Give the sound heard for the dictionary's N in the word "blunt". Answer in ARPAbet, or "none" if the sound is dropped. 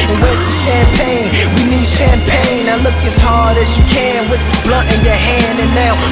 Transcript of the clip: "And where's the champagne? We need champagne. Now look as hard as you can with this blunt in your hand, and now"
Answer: none